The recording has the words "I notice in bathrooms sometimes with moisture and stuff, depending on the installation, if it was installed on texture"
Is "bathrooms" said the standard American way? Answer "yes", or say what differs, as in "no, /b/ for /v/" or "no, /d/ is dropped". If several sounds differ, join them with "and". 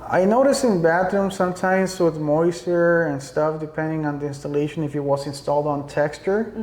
no, /t/ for /θ/